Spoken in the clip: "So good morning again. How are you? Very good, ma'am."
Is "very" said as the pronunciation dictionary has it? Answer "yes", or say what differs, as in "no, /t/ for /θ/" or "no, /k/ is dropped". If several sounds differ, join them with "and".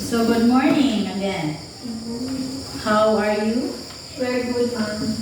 no, /w/ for /v/